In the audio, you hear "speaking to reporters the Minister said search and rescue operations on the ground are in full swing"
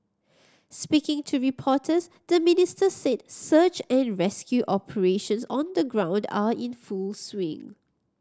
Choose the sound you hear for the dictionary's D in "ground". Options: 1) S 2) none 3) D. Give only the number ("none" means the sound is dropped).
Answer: 3